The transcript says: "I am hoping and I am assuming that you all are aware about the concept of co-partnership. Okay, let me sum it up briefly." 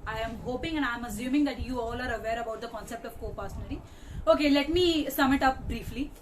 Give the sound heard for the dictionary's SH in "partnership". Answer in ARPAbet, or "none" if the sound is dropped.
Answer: none